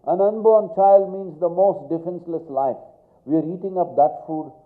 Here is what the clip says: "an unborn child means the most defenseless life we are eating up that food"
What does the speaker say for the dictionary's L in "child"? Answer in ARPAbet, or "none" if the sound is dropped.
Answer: L